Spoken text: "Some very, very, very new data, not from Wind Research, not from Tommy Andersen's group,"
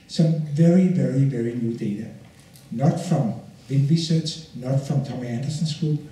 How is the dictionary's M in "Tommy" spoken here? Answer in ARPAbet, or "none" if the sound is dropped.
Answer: M